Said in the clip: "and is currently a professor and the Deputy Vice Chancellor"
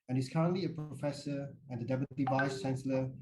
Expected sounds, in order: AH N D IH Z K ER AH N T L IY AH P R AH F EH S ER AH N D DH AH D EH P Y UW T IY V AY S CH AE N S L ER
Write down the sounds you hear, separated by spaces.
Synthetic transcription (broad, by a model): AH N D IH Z K ER AH N T L IY AH P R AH F EH S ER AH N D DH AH D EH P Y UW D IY V AY S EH N S L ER